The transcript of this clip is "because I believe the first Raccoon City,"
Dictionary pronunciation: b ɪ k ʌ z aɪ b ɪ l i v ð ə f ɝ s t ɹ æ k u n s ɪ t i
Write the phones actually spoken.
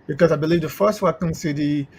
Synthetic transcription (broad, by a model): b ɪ k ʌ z aɪ b ɪ l i v ð ə f ɝ s t w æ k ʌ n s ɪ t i